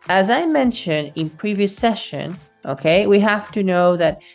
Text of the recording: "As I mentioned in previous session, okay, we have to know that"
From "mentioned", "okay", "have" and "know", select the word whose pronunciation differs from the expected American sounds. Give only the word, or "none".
have